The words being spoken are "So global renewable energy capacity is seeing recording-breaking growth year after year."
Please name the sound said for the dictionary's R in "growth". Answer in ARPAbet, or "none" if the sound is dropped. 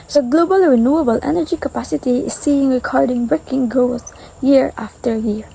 none